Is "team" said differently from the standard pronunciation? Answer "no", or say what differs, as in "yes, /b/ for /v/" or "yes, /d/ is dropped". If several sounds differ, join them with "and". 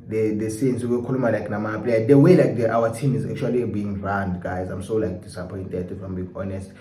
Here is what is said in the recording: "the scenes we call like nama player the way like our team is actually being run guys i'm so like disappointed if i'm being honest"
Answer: no